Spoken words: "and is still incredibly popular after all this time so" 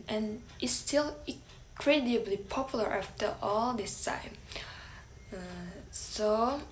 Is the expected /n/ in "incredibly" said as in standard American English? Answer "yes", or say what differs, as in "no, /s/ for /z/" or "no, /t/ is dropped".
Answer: no, /n/ is dropped